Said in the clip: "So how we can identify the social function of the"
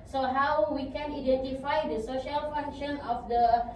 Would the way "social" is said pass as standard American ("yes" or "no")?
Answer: yes